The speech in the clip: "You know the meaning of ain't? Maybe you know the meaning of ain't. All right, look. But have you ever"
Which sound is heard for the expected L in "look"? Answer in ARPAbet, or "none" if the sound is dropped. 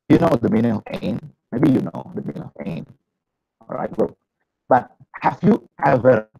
W